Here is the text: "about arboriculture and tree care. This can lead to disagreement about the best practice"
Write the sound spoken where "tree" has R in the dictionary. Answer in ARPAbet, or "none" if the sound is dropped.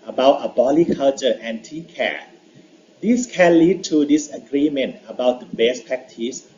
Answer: none